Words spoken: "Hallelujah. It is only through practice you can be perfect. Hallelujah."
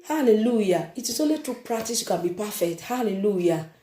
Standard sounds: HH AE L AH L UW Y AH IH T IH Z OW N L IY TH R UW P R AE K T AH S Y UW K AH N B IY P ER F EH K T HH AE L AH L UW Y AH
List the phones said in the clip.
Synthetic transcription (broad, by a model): HH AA L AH L UW Y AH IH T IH S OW L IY T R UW P R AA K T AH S Y UW K AH N B IY P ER F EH K T HH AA L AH L UW Y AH